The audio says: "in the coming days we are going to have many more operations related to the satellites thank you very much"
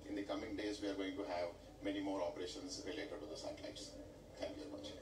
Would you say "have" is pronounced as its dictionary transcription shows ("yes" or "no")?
yes